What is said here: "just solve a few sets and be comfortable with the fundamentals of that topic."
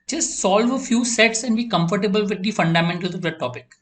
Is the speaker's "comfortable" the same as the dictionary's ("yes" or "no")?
yes